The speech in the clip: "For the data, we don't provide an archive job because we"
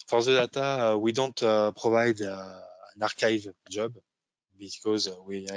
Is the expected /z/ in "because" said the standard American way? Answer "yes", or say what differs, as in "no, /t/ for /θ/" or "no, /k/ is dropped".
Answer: yes